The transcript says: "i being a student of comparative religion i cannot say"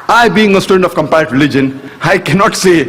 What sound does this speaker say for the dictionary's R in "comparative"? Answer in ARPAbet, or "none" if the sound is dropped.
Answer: none